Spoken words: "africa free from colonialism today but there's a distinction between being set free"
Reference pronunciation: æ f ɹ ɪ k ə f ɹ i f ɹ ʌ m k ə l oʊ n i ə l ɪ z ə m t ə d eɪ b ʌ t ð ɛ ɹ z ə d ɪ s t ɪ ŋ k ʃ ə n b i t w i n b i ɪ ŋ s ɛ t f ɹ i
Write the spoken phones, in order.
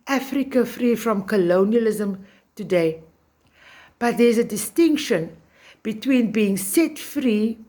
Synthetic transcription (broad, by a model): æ f ɹ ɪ k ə f ɹ i f ɹ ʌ m k ə l oʊ n i ə l ɪ z ə m t ə d eɪ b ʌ t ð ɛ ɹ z ə d ɪ s t ɪ ŋ k ʃ ə n b i t w i n b i ɪ ŋ s ɛ t f ɹ i